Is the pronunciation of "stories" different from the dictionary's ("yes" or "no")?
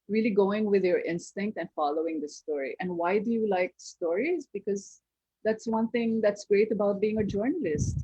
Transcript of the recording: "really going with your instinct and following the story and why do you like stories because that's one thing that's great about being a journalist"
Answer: no